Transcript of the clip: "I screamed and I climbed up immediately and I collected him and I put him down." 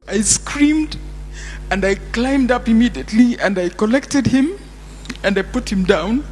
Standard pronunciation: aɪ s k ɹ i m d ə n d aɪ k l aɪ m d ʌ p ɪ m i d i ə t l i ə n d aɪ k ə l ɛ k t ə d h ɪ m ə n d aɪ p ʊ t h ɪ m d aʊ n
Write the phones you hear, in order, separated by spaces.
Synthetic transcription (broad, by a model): aɪ s k ɹ i m d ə n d aɪ k l aɪ m d ʌ p ɪ m i d i ə t l i ə n d aɪ k ə l ɛ k t ə d h ɪ m ə n d aɪ p ʊ t h ɪ m d aʊ n